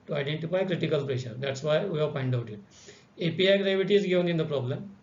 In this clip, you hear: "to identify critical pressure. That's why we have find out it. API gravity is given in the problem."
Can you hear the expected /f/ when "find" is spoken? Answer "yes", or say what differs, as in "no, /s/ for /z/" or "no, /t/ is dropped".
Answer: no, /p/ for /f/